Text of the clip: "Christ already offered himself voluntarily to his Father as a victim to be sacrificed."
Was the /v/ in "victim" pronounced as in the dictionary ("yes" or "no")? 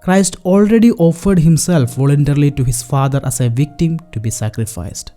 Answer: yes